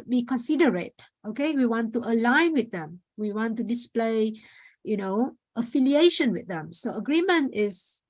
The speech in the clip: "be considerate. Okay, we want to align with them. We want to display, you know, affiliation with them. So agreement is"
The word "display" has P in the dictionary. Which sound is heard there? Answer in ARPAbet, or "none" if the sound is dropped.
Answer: P